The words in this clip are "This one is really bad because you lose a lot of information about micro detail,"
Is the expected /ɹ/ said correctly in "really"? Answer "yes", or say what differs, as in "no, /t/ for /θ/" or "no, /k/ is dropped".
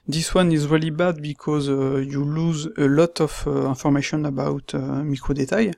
yes